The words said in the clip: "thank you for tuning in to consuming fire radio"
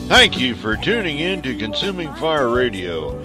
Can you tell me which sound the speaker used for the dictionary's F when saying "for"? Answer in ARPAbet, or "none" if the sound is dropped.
F